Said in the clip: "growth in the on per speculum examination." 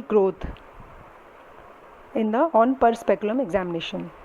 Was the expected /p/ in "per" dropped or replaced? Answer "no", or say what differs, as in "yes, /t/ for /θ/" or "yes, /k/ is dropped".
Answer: no